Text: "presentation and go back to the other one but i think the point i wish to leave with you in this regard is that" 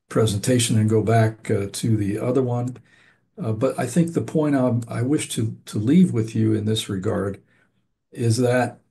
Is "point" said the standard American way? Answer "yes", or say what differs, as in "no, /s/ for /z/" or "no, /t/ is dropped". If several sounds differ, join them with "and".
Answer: no, /n/ is dropped